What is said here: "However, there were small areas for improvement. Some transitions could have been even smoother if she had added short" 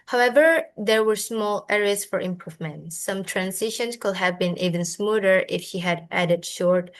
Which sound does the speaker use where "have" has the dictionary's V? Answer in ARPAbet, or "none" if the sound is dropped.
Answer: V